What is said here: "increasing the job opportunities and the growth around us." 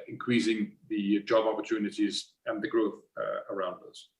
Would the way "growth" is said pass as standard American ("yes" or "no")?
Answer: yes